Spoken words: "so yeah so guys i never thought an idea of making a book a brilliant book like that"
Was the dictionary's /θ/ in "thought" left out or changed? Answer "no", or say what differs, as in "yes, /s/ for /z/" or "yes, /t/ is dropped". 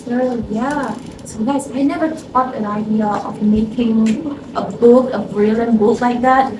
yes, /t/ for /θ/